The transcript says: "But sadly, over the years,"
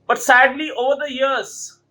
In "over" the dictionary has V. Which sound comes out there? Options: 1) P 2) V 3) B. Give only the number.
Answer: 2